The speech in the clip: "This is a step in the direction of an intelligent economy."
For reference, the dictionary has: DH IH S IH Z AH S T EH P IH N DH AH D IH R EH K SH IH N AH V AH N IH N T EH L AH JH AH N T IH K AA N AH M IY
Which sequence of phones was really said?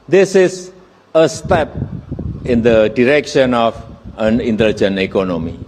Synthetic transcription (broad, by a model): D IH S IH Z AH S T EH P IH N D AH D IH R EH K SH IH N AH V AH N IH N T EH L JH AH N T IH K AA N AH M IY